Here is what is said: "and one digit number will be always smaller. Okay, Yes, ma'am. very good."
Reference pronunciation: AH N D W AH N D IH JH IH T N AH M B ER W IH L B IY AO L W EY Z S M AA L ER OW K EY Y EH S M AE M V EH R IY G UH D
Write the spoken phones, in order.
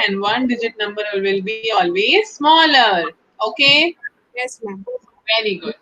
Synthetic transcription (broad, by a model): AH N D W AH N D IH JH IH T N AH M B ER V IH L B IY AO L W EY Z S M AA L ER OW K EY Y EH S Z V EH R IY G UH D